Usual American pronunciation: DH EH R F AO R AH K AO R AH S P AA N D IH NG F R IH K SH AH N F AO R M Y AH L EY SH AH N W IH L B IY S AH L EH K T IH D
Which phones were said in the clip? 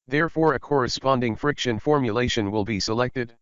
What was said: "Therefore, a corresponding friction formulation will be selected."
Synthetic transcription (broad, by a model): DH EH R F AO R AH K AO R AH S P AA N D IH NG F R IH K SH AH N F AO R M Y AH L EY SH AH N W IH L B IY S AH L EH K T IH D